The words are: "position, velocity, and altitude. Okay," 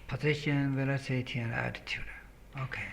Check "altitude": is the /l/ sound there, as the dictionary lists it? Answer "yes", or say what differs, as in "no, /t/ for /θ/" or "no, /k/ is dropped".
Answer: no, /l/ is dropped